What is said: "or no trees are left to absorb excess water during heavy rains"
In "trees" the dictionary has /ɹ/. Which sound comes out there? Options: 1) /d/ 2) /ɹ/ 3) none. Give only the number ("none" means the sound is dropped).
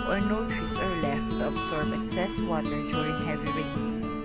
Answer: 3